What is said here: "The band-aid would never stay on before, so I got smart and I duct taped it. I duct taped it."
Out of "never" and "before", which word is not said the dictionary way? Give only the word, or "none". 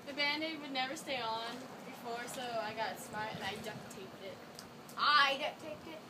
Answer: none